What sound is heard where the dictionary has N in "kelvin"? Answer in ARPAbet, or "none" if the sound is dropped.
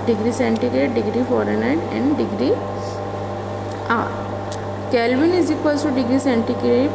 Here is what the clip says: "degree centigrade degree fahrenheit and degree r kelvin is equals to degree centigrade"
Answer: N